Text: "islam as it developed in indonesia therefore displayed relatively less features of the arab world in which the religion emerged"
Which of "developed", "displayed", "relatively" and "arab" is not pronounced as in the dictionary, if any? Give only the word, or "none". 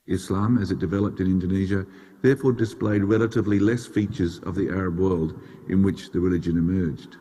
none